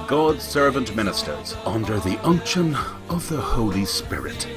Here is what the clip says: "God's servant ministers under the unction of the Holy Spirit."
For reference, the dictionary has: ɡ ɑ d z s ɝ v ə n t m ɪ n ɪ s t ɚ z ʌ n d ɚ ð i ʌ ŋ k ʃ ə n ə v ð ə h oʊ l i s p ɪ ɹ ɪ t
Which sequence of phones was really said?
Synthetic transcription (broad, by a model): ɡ ɑ d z s ɝ v ə n t m ɪ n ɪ s t ɚ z ʌ n d ɚ ð i ʌ ŋ k ʃ ə n ə v ð ə h oʊ l i s p ɪ ɹ ɪ t